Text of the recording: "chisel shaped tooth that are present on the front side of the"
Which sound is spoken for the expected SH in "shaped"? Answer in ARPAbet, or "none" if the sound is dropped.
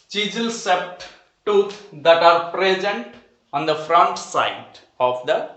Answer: S